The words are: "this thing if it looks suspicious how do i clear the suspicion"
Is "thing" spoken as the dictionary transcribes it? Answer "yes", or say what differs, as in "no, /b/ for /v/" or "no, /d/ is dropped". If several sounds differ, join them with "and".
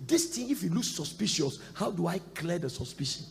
no, /t/ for /θ/